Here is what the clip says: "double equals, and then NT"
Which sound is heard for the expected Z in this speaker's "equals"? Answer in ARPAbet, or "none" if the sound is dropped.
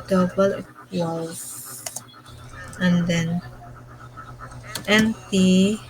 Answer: none